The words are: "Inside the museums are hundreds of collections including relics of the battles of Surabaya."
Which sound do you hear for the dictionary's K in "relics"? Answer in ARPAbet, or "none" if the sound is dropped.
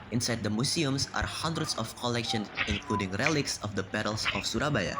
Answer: K